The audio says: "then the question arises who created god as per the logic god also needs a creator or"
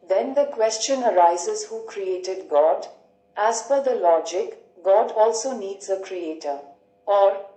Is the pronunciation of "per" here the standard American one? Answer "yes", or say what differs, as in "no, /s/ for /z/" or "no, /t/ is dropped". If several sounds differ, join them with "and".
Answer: no, /f/ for /p/